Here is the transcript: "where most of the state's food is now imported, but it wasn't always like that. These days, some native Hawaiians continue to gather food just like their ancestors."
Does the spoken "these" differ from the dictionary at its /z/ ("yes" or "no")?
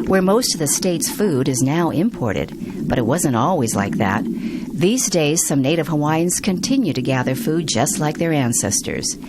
no